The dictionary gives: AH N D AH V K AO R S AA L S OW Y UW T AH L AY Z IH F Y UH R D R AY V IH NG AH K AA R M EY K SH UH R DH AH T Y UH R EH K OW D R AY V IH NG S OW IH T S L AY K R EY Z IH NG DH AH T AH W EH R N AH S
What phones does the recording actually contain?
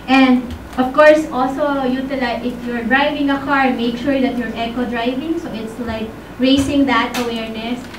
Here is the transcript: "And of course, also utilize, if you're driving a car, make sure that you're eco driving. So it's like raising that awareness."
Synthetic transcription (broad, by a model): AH N D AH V K AO R S AA L S OW Y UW T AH L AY IH F Y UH R D R AY V IH NG AH K AA R M EY K SH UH R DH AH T Y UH R EH K OW D R AY V IH NG S OW IH T S L AY K R EY S IH NG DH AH T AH W EH R N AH S